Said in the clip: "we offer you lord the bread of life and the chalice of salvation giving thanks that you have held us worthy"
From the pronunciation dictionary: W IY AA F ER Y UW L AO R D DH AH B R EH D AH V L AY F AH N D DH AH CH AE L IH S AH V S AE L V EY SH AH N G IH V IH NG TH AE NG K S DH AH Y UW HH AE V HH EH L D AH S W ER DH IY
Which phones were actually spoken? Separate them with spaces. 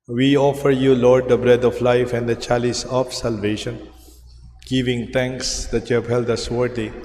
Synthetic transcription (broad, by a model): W IY AA F ER Y UW L AO R D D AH B R EH D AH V L AY F AH N D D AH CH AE L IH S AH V S AE L V EY SH AH N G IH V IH NG T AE NG K S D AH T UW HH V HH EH L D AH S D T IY